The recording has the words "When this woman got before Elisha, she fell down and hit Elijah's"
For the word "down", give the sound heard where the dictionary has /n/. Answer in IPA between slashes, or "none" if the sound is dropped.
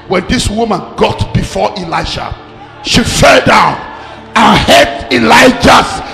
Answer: /n/